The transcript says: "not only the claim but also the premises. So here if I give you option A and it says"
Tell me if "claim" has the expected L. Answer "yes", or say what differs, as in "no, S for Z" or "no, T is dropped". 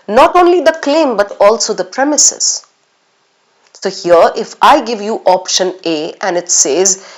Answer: yes